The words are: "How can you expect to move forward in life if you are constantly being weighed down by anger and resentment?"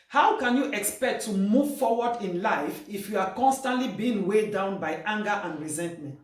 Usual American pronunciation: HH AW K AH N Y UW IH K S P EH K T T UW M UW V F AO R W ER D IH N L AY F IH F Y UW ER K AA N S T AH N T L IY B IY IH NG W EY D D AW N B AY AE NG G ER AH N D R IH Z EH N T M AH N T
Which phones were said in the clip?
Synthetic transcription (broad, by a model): HH AW K AH N Y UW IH K S P EH K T T UW M UW V F AO W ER D IH N L AY F IH F Y UW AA K AA N S T AH N T L IY B IY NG W EY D D AW N B AY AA NG G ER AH N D R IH Z EH N T M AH N T